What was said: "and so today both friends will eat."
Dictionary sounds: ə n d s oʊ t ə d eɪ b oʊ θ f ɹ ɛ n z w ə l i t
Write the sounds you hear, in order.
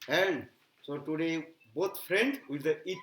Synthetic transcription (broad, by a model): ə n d s oʊ t ə d eɪ b oʊ t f ɹ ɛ n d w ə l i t